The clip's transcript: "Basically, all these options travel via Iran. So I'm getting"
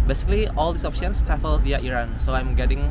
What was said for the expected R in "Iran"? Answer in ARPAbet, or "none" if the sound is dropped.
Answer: R